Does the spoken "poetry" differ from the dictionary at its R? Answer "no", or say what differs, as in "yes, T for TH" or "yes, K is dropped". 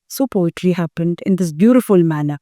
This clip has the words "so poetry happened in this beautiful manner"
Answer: yes, L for R